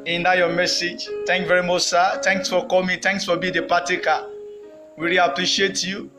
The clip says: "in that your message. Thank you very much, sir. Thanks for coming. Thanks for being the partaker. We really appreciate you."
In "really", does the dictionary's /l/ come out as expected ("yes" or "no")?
no